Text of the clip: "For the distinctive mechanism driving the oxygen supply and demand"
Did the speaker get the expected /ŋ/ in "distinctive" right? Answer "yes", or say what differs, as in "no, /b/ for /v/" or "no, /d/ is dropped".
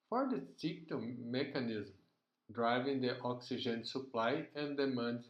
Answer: no, /ŋ/ is dropped